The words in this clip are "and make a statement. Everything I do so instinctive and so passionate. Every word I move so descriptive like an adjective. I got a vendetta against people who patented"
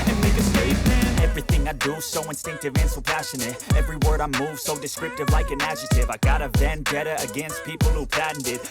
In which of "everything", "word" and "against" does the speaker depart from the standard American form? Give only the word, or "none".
none